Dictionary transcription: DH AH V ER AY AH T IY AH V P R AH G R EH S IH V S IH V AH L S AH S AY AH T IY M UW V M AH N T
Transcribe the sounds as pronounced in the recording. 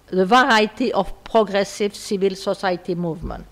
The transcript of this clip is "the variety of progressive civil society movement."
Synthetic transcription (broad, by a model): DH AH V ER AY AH T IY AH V P R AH G R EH S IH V S IH V AH L S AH S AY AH T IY M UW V M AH N T